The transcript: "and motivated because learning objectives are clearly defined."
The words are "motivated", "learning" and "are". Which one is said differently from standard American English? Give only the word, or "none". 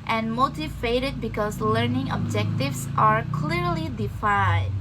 none